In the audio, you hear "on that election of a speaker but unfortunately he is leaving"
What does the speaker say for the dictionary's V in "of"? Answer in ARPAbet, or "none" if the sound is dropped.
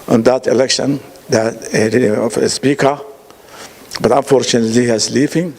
F